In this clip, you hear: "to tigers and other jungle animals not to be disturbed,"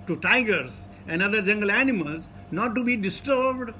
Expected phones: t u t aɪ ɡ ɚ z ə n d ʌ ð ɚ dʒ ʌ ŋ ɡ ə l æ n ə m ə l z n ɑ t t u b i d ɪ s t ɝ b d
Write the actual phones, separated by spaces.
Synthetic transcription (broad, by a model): t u t aɪ ɡ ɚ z ə n d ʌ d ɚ dʒ ʌ ŋ ɡ ə l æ n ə m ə l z n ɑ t t u b i d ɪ s t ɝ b d